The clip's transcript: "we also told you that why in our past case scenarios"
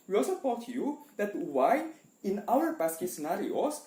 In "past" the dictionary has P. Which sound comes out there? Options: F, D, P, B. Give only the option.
B